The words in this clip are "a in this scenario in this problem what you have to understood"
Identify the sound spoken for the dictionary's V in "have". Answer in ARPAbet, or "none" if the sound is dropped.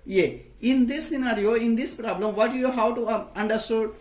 W